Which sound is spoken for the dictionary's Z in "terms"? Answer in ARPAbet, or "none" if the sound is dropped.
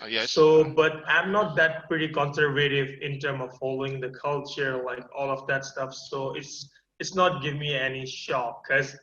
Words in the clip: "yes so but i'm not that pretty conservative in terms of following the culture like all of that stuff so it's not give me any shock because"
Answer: none